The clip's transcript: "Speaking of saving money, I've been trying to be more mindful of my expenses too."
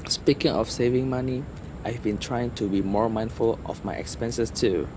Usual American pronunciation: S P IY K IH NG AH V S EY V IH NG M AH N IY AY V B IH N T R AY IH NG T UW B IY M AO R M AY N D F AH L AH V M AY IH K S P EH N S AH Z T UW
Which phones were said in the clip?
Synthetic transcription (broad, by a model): S P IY K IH NG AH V S EY V IH NG M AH N IY AY V B IH N T R AY IH NG T UW B IY M AO R M AY N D F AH L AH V M AY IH K S P EH N S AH S T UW